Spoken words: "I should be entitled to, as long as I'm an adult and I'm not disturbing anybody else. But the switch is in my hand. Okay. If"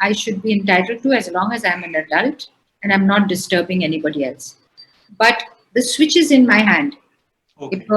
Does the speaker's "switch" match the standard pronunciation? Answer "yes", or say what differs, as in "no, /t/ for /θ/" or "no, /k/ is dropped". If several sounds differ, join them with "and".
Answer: yes